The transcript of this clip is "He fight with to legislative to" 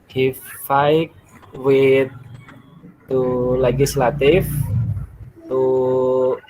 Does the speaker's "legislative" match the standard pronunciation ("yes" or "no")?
no